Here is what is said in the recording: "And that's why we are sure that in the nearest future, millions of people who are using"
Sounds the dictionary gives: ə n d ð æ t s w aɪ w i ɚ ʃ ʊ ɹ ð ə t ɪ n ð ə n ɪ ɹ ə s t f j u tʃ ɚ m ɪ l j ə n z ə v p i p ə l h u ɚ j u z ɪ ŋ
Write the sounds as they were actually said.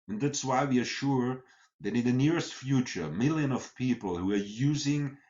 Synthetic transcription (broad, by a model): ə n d ð æ t s w aɪ w i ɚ ʃ ʊ ɹ ð ə t ɪ n ð ə n ɪ ɹ ə s t f j u tʃ ɚ m ɪ l j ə n ə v p i p l h u ɚ j u z ɪ ŋ